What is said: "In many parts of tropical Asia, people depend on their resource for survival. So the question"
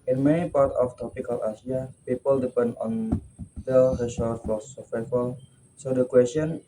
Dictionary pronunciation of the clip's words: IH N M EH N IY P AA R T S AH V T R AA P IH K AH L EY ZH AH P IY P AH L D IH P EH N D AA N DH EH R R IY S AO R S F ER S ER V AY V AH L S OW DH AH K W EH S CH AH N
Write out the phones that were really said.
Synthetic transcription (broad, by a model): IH N M EH N IY P AA R T AH F T R AA P IH K AH L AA S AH P IY P AH L D IH P EH N D AA N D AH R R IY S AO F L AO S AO F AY F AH L S OW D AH K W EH S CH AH N